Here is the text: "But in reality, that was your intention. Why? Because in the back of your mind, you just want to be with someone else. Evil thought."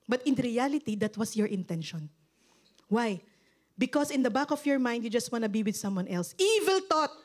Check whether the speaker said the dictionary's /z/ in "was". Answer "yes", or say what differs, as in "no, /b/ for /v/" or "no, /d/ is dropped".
no, /s/ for /z/